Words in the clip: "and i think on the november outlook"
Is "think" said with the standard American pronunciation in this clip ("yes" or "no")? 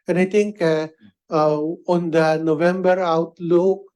no